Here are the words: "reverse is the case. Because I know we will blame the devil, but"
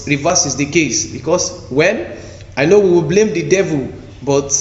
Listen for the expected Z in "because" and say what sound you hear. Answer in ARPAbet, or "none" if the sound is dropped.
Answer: S